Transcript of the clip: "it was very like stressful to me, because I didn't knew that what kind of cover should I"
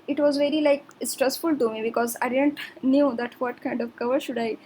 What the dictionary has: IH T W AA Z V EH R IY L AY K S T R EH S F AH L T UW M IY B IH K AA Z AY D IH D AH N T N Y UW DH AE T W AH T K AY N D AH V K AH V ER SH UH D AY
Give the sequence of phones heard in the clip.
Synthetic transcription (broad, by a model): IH T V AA Z V EH R IY L AY K S T R EH S F AH L T UW M IY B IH K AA Z AY D IH D AH N T N Y UW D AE T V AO T K AY N D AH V K AH V ER SH UH D AY